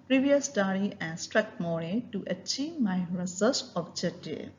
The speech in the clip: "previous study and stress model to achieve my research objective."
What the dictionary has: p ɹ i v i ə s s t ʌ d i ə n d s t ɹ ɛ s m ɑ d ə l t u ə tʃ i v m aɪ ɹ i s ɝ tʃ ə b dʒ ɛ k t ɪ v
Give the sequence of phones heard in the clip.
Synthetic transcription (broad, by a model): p ɹ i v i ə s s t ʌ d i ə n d s t ɹ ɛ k m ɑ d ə t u ə tʃ i v m aɪ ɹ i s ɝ s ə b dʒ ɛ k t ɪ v